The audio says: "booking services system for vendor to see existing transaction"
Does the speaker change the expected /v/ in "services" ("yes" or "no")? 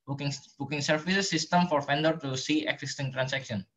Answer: yes